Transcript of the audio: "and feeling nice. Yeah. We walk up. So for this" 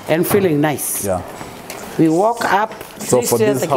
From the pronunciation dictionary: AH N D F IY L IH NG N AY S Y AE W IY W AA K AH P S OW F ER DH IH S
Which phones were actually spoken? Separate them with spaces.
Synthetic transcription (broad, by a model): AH N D F IY L IH NG N AY S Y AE W IY W AA K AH P S OW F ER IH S